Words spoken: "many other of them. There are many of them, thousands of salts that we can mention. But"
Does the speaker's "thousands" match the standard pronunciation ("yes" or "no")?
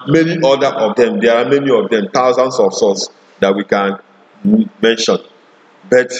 no